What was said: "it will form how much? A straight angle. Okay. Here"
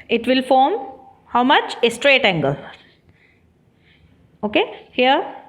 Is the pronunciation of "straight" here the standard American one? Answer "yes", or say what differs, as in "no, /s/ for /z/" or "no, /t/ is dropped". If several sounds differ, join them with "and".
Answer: yes